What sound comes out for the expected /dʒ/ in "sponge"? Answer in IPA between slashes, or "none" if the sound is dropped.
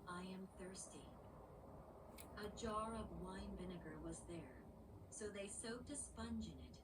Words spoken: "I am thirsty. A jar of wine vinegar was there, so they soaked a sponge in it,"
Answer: /dʒ/